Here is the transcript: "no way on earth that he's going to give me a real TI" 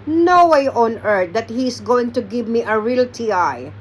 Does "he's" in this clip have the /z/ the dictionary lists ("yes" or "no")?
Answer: no